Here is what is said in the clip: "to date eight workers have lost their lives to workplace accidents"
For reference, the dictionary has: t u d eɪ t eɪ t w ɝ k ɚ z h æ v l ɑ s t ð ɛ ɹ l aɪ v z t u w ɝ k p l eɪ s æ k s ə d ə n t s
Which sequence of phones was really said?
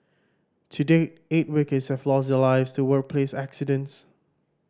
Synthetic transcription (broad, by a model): t u d eɪ eɪ t w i k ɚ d h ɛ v l ɑ s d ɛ l aɪ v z t u w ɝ k p l eɪ s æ k s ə d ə n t s